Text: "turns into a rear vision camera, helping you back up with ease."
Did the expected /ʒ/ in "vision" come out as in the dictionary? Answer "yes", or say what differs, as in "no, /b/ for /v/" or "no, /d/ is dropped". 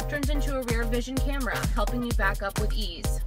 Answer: yes